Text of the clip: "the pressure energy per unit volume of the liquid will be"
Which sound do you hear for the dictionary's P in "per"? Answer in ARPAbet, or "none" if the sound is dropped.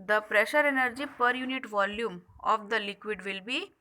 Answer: P